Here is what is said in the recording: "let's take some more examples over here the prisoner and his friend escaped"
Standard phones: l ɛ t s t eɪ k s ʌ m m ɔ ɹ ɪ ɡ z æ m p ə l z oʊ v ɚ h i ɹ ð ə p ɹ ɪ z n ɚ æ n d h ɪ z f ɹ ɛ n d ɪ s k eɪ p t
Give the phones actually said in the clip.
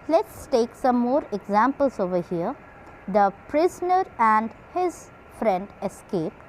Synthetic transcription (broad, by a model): l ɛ t s t eɪ k s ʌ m m ɔ ɹ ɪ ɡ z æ m p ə l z oʊ v ɚ h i ɹ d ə p ɹ ɪ z n ɚ æ n d h ɪ z f ɹ ɛ n d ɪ s k eɪ p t